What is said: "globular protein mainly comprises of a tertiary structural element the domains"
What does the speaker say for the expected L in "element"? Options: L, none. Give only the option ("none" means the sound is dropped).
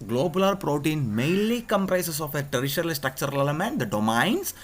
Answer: none